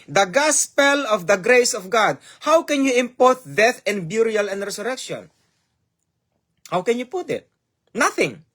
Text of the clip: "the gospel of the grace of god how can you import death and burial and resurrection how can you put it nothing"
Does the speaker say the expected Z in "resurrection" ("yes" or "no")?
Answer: no